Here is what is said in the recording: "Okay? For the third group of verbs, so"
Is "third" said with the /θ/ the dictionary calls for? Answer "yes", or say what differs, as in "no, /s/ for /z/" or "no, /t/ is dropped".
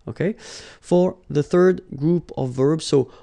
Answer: yes